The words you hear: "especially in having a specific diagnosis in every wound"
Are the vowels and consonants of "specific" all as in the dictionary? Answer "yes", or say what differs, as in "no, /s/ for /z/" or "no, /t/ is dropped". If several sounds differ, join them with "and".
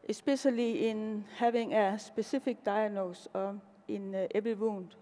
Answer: no, /b/ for /p/